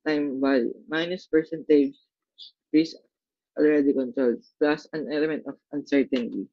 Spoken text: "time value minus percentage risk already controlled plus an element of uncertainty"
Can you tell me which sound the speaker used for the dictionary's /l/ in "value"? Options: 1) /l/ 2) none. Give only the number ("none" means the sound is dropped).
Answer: 2